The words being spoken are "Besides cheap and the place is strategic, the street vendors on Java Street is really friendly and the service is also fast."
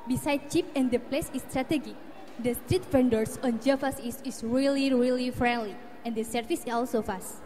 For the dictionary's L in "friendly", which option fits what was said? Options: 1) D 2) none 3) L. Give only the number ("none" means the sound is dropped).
3